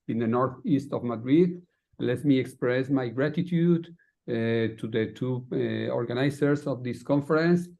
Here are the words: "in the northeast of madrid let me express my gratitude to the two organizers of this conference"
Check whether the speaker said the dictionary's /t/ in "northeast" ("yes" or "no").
yes